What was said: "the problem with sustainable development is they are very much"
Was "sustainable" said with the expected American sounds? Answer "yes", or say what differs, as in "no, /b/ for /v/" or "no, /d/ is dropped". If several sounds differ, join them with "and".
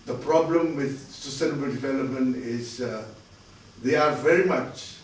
yes